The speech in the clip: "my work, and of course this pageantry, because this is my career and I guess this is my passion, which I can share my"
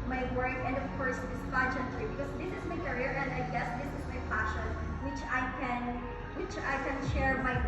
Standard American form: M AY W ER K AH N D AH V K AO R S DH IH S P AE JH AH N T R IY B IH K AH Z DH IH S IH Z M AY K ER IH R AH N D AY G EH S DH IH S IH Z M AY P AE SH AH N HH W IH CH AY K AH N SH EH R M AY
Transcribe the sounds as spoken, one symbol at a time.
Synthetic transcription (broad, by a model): M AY W ER K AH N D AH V K AO R S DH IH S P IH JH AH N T L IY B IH K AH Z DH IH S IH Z M AY K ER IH R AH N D AY G EH S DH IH S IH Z M AY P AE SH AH N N W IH CH AY K AH N SH EH R M AY